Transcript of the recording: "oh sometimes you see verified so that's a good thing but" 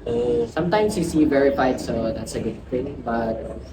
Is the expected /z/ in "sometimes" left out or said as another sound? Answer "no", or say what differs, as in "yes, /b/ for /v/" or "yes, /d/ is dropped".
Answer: yes, /s/ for /z/